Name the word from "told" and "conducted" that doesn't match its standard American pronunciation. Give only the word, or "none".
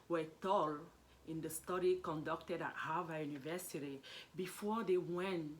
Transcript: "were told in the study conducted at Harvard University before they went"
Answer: told